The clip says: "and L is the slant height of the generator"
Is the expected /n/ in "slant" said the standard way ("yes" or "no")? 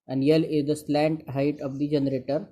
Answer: yes